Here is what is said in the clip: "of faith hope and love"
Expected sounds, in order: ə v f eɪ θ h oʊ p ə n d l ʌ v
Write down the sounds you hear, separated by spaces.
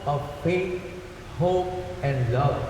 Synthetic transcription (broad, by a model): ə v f eɪ t h oʊ p ə n d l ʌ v